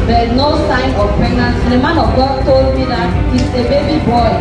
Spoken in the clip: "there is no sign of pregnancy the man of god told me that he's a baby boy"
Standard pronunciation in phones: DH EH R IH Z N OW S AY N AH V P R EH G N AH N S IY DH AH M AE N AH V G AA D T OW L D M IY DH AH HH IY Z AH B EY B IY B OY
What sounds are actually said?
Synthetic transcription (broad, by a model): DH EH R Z N OW S AY N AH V P R EH G N AH N S IY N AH M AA N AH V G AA T OW L D M IY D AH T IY S AH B EY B IY B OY